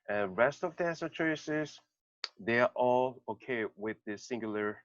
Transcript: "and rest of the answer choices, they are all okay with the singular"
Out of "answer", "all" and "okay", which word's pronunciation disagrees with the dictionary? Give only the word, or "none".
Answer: answer